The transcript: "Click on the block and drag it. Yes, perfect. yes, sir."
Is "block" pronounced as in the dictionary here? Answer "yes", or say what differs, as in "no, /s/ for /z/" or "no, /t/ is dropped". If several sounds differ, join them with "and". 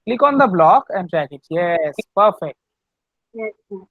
yes